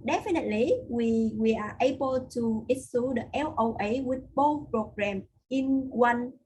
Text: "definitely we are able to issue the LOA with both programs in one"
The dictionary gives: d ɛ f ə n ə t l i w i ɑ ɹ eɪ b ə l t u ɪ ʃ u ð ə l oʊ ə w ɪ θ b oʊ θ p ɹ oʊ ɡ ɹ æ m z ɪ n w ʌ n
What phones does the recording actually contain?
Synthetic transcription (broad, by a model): d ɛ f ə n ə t l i w i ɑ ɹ eɪ b ə l t u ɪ s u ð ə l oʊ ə w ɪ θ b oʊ p ɹ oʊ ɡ ɹ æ m ɪ n w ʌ n